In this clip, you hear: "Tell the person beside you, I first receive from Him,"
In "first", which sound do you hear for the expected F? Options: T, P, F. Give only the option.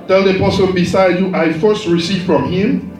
F